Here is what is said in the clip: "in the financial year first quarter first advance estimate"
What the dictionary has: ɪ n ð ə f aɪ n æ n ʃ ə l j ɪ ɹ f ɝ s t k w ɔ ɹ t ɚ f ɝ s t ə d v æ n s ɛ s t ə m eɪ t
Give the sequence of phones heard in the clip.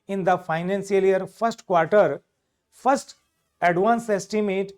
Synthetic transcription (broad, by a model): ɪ n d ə f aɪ n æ n s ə l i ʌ ɹ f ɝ s t k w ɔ ɹ t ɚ f ɝ s t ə d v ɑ n s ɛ s t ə m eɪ t